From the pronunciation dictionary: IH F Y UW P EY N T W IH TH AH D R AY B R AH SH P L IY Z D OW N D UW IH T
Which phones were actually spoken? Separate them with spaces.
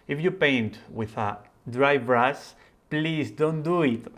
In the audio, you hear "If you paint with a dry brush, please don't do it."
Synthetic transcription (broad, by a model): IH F Y UW P EY N T W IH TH AH D R AY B R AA S P L IY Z D OW N D UW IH T